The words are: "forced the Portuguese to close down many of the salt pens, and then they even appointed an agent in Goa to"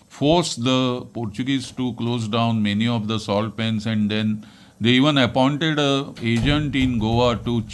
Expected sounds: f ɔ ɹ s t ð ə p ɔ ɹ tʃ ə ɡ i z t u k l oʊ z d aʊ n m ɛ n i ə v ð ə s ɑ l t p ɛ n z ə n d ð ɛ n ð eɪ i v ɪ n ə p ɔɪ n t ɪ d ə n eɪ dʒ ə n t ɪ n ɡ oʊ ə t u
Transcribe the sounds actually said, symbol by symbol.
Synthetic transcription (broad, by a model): f ɔ ɹ s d ə p ɔ ɹ tʃ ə ɡ i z t u k l oʊ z d aʊ n m ɛ n i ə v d ə s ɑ l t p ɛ n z ə n d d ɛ n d eɪ i v ɪ n ə p ɔɪ n t ɪ d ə eɪ dʒ ə n t ɪ n ɡ oʊ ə t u